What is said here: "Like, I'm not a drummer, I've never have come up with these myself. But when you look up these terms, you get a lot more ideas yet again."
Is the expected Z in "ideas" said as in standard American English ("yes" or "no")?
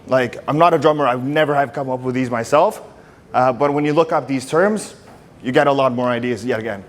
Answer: yes